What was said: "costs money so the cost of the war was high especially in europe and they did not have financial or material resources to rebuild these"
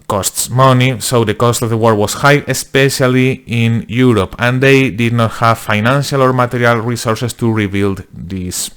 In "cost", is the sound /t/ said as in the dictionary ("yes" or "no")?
yes